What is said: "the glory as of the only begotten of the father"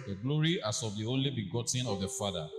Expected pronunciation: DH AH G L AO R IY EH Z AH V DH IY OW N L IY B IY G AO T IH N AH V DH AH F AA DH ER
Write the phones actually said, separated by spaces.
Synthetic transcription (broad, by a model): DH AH G L AO R IY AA S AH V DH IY OW N L IY B IY G AO T IH N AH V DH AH F AA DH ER